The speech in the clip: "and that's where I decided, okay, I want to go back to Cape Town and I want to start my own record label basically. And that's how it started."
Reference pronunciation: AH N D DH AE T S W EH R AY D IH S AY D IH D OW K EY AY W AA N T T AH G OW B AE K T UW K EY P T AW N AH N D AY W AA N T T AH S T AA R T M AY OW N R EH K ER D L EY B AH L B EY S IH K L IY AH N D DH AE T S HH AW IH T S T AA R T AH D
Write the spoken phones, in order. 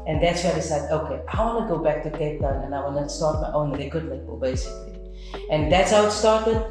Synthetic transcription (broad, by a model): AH N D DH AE T S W AY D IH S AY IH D OW K EY AY W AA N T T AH G OW B AE K T UW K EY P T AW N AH N AY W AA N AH S T AA R T M AY OW N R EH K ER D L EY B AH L B EY S IH K L IY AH N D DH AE T S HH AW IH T S T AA R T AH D